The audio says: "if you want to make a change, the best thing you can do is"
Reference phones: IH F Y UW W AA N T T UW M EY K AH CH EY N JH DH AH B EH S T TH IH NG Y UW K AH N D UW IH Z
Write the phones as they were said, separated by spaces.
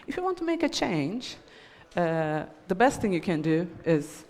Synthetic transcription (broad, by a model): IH F Y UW W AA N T T UW M EY K AH CH EY N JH DH AH B EH S T TH IH NG Y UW K AH N D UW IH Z